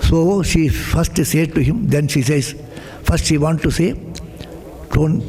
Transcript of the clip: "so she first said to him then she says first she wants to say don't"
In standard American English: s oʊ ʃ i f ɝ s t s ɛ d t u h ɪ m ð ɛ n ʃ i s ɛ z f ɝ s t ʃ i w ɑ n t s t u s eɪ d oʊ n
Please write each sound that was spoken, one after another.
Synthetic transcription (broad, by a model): s oʊ ʃ i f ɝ s t s ɛ d t u h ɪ m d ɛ n ʃ i s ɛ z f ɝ s t ʃ i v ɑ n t t u s eɪ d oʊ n